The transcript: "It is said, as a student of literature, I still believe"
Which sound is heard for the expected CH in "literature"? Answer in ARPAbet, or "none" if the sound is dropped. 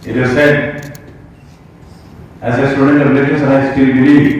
S